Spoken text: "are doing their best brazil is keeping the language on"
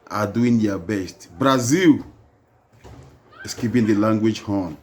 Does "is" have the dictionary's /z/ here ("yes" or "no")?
no